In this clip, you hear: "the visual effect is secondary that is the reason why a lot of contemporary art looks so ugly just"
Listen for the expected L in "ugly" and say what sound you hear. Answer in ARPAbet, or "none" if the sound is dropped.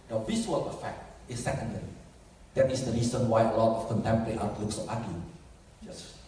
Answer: none